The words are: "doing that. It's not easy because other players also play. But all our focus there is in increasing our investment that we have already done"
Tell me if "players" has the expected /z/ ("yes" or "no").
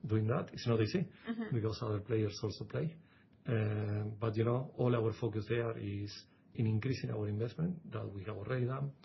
no